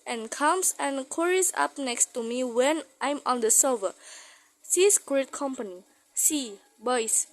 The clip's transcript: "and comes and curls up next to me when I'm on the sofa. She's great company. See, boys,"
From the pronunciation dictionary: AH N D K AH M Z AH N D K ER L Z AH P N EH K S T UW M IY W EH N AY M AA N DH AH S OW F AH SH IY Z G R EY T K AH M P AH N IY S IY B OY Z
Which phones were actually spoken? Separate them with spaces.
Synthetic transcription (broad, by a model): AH N K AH M S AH N K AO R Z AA P N EH K S T UW M IY W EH N AY M AA N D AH S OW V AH S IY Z G R EY T K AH M P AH N IY S IY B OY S